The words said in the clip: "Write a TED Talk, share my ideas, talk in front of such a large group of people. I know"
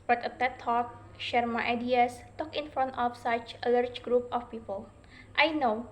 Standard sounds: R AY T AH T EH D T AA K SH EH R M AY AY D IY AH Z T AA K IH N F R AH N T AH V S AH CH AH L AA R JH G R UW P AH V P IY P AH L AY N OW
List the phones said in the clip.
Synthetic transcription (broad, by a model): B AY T AH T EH T AA K SH EH R M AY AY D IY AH S T AA K IH N F R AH N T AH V S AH CH AH L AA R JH G R UW P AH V P IY P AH L AY N OW